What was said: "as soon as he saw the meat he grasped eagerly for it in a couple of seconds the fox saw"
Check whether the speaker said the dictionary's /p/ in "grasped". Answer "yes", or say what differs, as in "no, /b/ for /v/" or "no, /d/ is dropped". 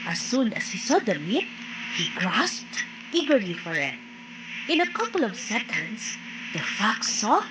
yes